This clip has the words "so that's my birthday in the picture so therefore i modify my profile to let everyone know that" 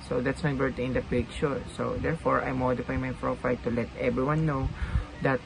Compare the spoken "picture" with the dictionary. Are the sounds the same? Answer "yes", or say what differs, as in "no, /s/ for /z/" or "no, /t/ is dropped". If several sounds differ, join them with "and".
no, /ʃ/ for /tʃ/